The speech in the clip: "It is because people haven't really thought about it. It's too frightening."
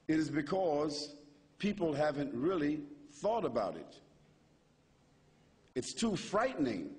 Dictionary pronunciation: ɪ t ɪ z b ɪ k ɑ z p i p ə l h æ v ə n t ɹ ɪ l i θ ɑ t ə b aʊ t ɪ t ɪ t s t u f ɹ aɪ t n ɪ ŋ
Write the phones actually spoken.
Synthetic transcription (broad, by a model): ɪ t ɪ z b ɪ k ɑ z p i p l h æ v ə n t ɹ ɪ l i θ ɑ t ə b aʊ t ɪ t ɪ t s t u f ɹ aɪ t n ɪ ŋ